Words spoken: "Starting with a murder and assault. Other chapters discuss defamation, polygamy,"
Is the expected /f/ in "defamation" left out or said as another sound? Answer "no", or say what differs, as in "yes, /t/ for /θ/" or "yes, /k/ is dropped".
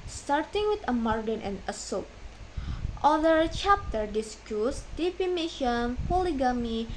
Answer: yes, /p/ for /f/